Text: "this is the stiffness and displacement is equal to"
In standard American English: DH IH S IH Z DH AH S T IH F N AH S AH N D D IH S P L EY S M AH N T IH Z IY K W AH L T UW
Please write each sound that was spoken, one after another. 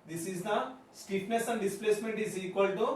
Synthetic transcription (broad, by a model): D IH S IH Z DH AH S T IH P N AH S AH N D D IH S P L EY S M AH N T IH Z IY K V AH L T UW